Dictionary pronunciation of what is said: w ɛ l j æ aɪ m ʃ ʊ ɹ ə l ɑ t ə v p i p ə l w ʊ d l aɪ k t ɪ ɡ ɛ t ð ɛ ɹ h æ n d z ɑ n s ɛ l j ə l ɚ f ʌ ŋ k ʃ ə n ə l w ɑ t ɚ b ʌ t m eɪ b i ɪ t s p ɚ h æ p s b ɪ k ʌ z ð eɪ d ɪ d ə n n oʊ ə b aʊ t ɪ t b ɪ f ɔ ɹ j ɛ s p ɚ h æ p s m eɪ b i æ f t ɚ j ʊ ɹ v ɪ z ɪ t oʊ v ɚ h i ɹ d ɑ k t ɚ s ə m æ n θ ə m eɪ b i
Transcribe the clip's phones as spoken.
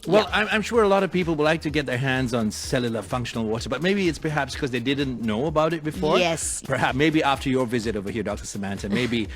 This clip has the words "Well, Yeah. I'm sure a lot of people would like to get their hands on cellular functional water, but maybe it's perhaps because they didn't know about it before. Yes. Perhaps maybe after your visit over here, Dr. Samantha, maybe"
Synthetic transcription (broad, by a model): w ɛ l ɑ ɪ aɪ m ʃ ʊ ɹ ə l ɑ t ə v p i p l w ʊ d l aɪ k t ɪ ɡ ɛ t ð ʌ ɹ h æ n d z n s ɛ l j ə l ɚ f ʌ ŋ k ʃ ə n l w ɑ t ɚ b ʌ t m eɪ b i ɪ t s p ɚ h æ p s k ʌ z ð eɪ d ɪ d n n oʊ ə b aʊ t ɪ t b ɪ f ɔ ɹ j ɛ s p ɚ h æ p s m eɪ b i æ f t ɚ j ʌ ɹ v ɪ z ɪ t oʊ v ɚ h i ɹ d ɑ k t ɚ s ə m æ n t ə m eɪ b i